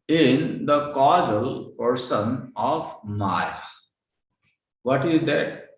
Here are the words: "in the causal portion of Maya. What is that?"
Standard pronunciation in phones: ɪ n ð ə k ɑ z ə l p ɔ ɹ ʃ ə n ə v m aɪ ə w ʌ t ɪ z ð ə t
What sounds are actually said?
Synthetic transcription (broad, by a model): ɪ n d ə k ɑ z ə l p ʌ ɹ s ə n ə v m aɪ ə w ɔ t ɪ z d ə t